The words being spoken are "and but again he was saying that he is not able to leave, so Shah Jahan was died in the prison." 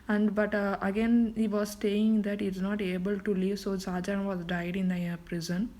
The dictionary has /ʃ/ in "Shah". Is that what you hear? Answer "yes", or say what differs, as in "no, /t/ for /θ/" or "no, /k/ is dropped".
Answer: no, /s/ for /ʃ/